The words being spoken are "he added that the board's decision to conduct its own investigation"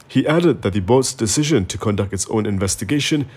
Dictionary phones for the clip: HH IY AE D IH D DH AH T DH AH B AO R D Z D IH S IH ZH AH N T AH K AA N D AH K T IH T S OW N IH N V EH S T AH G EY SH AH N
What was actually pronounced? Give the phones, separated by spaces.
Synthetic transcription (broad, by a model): HH IY AE D IH D DH AH T DH AH B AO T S D IH S IH ZH AH N T AH K AA N D AH K T IH T S OW N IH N V EH S T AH G EY SH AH N